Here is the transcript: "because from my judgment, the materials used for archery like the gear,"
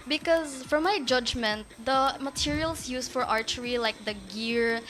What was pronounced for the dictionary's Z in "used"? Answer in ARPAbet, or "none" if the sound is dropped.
S